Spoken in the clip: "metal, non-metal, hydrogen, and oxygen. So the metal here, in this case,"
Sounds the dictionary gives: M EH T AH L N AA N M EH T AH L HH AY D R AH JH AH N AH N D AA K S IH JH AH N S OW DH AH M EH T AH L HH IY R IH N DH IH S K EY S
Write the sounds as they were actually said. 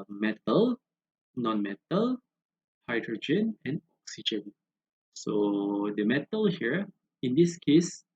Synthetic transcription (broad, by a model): M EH T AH L N AA N M EH T AH L HH AY D R AH JH AH N AH N D AA K S IH JH AH N S OW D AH M EH T AH L HH IY R IH N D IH S K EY S